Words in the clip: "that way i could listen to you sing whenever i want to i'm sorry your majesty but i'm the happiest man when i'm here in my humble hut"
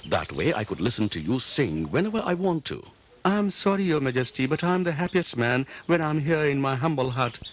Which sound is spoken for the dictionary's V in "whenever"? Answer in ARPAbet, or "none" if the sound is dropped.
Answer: V